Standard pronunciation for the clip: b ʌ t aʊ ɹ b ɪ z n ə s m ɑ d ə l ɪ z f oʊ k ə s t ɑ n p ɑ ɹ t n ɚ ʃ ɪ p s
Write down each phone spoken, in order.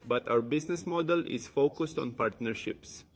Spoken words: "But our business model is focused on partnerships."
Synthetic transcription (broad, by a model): b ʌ t aʊ ɹ b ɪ s n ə s m ɑ d ə l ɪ s f oʊ k ə s t ɑ n p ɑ ɹ t n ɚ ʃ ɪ p s